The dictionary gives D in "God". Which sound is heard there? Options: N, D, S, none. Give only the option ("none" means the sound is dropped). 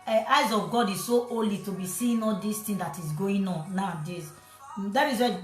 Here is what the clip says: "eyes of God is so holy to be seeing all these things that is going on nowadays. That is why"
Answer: D